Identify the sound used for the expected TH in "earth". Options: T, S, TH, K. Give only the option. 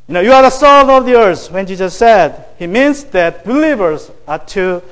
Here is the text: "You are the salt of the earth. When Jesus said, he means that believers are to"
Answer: S